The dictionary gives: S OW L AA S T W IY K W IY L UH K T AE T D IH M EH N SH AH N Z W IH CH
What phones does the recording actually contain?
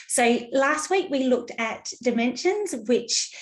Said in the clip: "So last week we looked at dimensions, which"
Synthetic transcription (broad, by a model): S OW L AA S T W IY K W IY L UH K T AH T D IH M EH N SH AH N Z W IH CH